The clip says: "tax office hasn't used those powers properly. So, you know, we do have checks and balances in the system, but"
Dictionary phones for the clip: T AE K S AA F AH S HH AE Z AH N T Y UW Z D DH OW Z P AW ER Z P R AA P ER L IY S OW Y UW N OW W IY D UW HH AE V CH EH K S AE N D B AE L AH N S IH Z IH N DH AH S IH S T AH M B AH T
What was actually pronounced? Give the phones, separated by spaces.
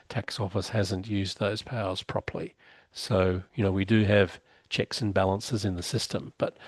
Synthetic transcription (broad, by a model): T AE K S AA F AH S HH AE Z AH N T Y UW Z DH OW Z P AW ER Z P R AA P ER L IY S OW Y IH N OW W IY D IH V CH EH K S N B AE L AH N S IH Z IH N DH AH S IH S T AH M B AH T